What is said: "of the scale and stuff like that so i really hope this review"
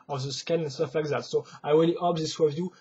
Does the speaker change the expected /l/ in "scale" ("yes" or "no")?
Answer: yes